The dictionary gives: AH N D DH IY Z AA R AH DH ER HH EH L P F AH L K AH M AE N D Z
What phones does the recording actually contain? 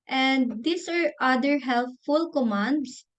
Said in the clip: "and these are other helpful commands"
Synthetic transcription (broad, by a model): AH N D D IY S AA R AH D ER HH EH L F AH L K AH M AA N D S